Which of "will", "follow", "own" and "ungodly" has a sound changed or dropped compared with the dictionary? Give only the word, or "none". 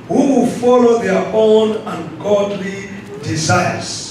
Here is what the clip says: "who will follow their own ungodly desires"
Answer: none